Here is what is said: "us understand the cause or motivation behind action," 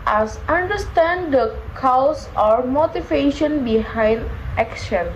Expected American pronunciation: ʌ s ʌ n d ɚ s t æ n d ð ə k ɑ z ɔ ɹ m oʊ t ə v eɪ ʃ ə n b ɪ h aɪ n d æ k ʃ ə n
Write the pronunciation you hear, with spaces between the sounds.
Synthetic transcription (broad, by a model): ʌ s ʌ n d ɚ s t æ n d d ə k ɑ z ɔ ɹ m oʊ t ə v eɪ ʃ ə n b ɪ h aɪ n d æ k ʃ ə n